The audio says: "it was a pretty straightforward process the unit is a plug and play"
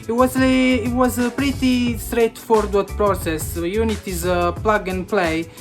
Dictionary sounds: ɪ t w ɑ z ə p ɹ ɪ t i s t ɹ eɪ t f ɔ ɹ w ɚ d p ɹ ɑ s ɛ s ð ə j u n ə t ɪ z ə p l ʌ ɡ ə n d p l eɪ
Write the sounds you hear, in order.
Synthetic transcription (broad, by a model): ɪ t w ɑ z ə p ɹ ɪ t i s t ɹ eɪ t f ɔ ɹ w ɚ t p ɹ ɑ s ɛ s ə j u n ə t ɪ z ə p l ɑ ɡ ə n p l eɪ